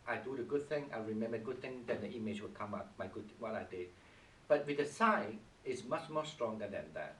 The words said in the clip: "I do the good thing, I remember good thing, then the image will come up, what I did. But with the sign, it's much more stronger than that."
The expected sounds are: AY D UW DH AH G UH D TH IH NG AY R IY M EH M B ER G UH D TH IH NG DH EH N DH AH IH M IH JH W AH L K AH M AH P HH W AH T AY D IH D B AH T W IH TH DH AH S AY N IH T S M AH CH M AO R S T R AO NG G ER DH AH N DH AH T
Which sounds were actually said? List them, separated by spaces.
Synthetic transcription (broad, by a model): AY D UW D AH G UH D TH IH NG AY R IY M EH M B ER G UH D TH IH NG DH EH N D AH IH M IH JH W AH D K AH M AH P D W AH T AY D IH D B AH T W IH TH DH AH S AY IH T S M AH CH M AO S T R AO NG G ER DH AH N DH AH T